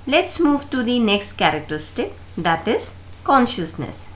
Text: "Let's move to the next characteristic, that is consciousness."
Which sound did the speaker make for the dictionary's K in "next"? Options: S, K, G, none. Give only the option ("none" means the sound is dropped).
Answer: K